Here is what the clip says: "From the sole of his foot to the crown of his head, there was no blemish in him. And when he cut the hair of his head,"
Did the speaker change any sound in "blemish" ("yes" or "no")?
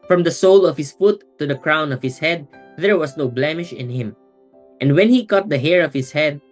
no